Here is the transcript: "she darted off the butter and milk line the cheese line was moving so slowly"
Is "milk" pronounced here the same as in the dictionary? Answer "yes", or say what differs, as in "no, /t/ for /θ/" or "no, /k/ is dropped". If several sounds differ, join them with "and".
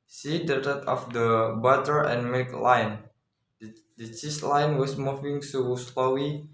no, /l/ is dropped